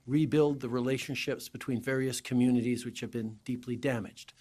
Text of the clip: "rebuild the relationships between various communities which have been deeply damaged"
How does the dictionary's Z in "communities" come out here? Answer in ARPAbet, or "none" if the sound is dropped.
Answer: Z